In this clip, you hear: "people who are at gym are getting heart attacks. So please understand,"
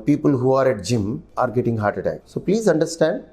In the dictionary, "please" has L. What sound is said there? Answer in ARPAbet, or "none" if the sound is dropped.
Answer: L